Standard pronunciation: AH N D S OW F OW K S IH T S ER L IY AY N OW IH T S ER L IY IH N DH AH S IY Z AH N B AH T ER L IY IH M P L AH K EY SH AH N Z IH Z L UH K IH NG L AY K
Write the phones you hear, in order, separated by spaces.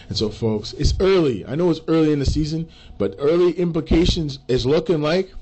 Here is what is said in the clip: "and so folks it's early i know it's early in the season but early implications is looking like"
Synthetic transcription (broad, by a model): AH N S OW F OW K S IH T S ER L IY AY N OW IH T S ER L IY IH N DH AH S IY Z AH N B AH T ER L IY IH M P L AH K EY SH AH N Z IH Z L UH K IH NG L AY K